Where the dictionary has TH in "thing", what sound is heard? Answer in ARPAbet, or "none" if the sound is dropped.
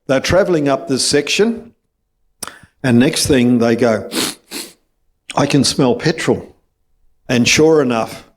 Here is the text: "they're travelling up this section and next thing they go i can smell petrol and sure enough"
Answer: TH